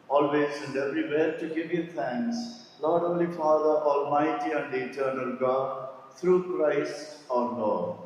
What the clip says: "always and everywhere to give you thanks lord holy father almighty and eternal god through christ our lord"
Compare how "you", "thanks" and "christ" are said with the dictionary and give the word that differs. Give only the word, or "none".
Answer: thanks